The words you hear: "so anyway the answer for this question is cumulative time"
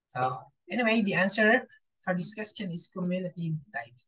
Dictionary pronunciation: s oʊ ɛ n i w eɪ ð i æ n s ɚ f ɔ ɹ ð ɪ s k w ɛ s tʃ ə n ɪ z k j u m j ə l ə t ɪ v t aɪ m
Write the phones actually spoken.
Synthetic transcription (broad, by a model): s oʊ ɛ n i w eɪ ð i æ n s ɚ f ɔ ɹ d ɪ s k w ɛ s tʃ ə n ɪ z k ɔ m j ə n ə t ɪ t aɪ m